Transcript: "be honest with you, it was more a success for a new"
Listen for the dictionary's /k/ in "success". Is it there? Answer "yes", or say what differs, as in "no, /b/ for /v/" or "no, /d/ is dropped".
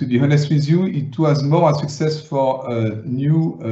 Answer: yes